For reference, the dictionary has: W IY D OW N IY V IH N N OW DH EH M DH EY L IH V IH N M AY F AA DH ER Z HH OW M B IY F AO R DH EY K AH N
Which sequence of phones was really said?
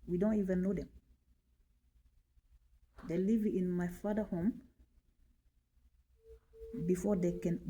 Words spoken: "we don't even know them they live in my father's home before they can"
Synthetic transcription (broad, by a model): W IY D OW N IY V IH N N OW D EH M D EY L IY V IH N M AY F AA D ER HH OW M B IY F AO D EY K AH N